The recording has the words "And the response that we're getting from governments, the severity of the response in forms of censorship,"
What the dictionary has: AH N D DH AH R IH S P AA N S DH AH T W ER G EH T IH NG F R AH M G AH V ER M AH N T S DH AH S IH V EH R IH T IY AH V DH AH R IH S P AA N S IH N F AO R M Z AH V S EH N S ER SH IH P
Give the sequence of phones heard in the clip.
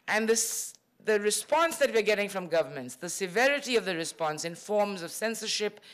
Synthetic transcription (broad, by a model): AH N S DH AH R IH S P AA N S DH AH T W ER G EH T IH NG F R AH M G AH V ER M AH N T S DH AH S IH V EH R IH T IY AH V DH AH R IH S P AA N S IH N F AO R M Z AH V S EH N S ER SH IH P